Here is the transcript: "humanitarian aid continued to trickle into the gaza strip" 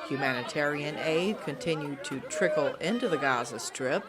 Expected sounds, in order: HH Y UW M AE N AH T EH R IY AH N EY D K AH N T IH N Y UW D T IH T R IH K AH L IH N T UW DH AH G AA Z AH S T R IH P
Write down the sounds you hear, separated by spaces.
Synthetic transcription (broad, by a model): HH Y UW M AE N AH T EH R IY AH N EY D K AH N T IH N Y UW D T IH T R IH K L IH N T UW DH AH G AA Z AH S T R IH P